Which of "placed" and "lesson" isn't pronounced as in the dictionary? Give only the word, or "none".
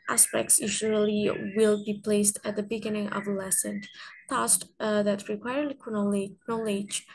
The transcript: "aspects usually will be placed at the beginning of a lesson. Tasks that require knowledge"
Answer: none